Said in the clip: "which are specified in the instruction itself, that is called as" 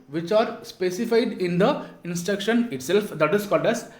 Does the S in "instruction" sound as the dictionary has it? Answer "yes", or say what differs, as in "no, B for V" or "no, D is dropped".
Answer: yes